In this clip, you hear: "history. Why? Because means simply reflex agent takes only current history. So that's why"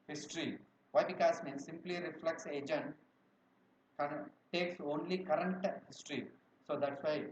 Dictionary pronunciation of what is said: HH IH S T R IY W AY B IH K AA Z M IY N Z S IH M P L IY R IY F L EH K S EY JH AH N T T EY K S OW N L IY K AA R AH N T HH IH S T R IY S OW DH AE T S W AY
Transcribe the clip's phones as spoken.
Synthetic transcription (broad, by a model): HH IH S T R IY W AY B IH K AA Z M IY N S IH M P L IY R IY F L EH K S EY JH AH N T T EY K S OW N L IY K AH R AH N T HH IH S T R IY S OW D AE T S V AY